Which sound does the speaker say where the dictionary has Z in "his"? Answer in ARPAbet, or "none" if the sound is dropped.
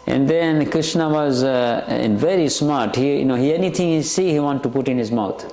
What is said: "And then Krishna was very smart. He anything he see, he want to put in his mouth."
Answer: Z